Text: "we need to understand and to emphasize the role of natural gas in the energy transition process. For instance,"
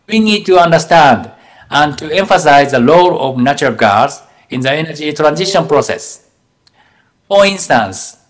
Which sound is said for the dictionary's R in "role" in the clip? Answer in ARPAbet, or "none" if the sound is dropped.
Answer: L